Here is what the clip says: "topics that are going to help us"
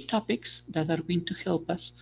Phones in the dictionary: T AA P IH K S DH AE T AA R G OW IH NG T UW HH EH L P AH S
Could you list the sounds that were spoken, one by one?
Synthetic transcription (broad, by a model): T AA P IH K S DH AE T AA R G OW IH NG T UW HH EH L P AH S